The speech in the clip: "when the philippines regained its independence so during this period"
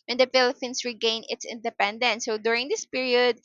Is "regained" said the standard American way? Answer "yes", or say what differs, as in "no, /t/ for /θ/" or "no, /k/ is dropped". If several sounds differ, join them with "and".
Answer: no, /d/ is dropped